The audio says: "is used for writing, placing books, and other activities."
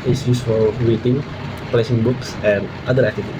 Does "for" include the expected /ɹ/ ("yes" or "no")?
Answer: no